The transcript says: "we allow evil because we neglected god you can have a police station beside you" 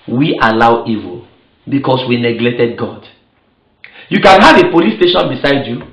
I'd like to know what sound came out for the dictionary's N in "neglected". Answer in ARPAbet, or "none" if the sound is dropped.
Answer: N